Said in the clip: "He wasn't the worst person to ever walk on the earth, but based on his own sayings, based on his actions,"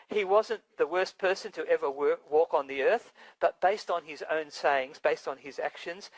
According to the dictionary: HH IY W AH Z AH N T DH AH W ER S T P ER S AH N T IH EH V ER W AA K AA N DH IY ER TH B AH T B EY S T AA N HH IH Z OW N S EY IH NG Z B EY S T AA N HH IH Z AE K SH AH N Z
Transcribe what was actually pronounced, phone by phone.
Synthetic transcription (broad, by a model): HH IY W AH Z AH N DH AH W ER S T P ER S AH N T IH EH V ER W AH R AA N DH IY ER TH B AH T B EY S T N IH Z OW N S EY IH NG Z B EY S T N IH Z AE K SH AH N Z